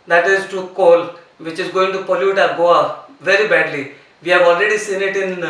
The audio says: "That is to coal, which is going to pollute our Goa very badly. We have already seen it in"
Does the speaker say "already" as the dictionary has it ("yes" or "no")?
yes